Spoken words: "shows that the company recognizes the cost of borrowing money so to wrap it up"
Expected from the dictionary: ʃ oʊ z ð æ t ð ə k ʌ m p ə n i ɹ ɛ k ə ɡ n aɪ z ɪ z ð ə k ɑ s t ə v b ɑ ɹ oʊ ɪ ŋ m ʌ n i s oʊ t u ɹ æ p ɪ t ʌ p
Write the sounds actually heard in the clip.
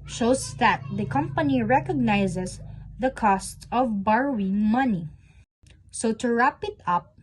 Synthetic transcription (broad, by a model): ʃ oʊ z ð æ t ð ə k ʌ m p ə n i ɹ ɛ k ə ɡ n aɪ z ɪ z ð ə k ɑ s t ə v b ɑ ɹ oʊ ɪ ŋ m ʌ n i s oʊ t u ɹ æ p ɪ t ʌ p